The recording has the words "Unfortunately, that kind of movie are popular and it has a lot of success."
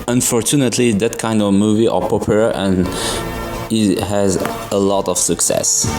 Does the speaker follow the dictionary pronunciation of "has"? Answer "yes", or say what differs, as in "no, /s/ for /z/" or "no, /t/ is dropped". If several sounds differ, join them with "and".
yes